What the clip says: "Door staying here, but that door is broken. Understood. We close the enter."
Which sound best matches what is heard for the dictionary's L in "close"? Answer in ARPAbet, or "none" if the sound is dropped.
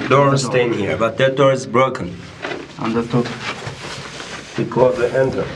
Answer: none